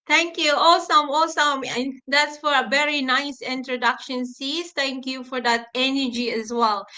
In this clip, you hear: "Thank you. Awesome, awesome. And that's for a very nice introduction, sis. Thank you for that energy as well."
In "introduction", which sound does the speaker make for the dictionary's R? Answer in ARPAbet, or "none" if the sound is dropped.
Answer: R